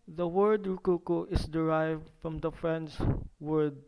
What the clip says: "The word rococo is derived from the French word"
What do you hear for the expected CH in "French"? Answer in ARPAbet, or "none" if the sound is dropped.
S